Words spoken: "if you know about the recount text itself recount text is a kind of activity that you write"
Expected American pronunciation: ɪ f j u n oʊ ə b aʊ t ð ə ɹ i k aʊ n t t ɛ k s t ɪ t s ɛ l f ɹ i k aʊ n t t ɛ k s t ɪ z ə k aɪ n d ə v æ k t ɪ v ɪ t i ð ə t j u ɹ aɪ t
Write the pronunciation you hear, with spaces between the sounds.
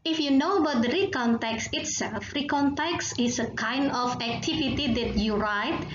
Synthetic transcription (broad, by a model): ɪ f j u n oʊ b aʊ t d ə ɹ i k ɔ n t t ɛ k s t ɪ t s ɛ l f ɹ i k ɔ n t t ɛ k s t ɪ s ə k aɪ n d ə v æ k t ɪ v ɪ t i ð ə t j u ɹ aɪ t